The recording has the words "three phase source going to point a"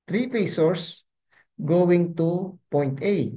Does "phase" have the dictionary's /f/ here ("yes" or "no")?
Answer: no